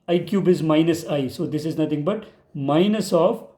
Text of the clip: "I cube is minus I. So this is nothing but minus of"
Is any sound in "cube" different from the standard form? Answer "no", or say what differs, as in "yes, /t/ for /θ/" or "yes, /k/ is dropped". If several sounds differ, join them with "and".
no